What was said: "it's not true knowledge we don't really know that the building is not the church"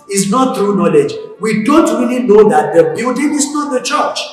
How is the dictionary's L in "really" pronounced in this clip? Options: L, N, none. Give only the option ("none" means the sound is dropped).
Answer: L